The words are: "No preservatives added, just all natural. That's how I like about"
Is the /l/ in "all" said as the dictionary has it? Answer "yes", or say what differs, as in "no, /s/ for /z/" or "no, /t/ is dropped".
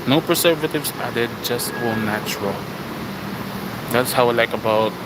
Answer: no, /n/ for /l/